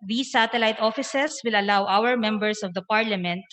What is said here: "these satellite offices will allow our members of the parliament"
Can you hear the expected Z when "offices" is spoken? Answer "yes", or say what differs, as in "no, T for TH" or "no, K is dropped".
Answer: no, S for Z